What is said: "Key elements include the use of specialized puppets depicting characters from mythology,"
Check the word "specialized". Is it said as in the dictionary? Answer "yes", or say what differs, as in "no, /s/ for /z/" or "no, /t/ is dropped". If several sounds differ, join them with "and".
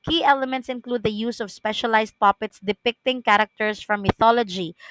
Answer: no, /s/ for /z/